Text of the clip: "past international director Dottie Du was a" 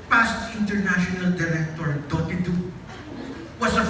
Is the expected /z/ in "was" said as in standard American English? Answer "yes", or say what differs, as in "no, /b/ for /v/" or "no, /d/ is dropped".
no, /s/ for /z/